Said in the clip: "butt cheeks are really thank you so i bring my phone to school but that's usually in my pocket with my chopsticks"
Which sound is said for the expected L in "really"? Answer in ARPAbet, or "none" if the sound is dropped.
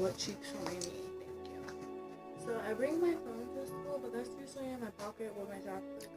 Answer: N